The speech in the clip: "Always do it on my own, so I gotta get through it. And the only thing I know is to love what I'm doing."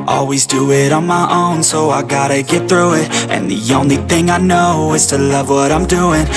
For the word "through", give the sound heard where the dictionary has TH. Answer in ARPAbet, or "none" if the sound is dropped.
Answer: TH